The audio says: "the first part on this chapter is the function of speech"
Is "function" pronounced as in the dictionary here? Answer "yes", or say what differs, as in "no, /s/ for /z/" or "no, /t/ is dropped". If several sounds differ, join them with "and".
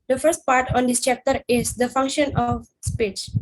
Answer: yes